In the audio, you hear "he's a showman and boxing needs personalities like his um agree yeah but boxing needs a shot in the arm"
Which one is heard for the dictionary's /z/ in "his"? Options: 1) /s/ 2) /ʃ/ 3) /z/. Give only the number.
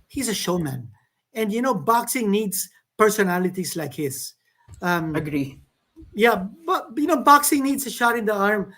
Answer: 1